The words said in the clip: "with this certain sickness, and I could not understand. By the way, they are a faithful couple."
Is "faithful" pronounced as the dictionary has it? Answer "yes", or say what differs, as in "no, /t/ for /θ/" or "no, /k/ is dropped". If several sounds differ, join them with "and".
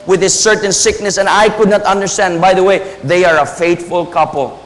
no, /t/ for /θ/